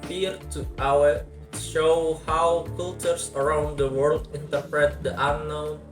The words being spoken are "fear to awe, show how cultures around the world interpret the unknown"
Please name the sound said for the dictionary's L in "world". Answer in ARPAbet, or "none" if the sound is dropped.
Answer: L